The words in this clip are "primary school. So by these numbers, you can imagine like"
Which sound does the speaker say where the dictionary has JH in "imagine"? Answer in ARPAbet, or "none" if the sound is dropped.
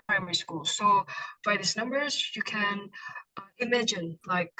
JH